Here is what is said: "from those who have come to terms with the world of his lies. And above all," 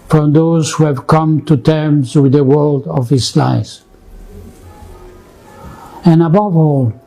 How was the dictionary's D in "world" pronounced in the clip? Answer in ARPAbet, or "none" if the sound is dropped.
D